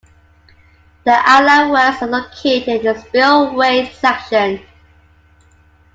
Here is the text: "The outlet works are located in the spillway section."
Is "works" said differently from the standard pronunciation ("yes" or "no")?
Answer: yes